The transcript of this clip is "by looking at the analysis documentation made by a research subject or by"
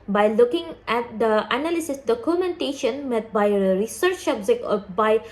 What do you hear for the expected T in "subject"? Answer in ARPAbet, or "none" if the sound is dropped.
none